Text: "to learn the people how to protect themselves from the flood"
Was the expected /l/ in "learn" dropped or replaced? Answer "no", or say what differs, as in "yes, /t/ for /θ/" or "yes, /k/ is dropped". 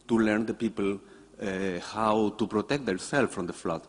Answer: no